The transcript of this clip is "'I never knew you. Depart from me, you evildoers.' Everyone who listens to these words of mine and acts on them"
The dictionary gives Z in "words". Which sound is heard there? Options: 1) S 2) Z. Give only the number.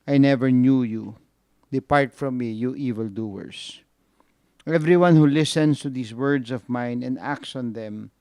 1